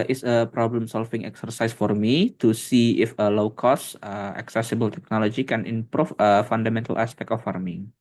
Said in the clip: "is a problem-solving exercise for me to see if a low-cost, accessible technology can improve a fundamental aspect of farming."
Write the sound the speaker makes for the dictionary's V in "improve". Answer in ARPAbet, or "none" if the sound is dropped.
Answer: F